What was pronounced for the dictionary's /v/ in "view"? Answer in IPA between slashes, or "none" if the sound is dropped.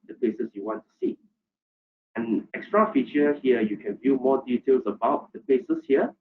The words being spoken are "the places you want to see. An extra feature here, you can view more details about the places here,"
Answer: /v/